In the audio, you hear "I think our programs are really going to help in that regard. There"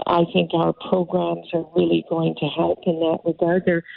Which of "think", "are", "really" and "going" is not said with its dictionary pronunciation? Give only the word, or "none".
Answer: none